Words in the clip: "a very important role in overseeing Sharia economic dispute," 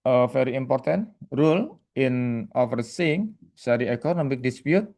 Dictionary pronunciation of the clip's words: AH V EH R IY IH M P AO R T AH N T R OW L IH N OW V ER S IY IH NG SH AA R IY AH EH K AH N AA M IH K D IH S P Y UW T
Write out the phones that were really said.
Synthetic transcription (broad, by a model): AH F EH R IY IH M P AO R T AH N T R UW L IH N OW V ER S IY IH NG S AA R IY EH K AH N AA M IH K D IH S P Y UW T